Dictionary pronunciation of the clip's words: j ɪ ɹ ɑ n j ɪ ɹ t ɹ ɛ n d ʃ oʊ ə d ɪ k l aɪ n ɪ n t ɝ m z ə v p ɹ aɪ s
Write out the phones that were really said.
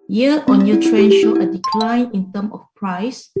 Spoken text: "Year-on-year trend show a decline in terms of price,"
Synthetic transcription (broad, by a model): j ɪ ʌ ɑ n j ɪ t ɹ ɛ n ʃ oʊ ə d ɪ k l aɪ n ɪ n t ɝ m ə f p ɹ aɪ s